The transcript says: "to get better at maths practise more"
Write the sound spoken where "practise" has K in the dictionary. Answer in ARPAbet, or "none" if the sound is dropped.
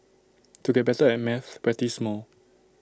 none